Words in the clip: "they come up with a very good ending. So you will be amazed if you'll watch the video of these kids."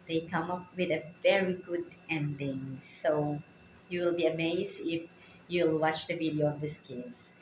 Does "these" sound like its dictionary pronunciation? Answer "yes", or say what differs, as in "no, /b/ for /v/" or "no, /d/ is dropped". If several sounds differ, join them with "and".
no, /s/ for /z/